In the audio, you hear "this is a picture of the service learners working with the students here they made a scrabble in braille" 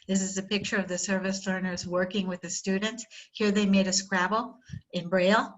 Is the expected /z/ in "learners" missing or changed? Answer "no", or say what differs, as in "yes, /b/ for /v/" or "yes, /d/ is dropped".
no